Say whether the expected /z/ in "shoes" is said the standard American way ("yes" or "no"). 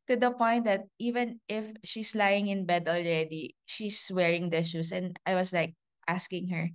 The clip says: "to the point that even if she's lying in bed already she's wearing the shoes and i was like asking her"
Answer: no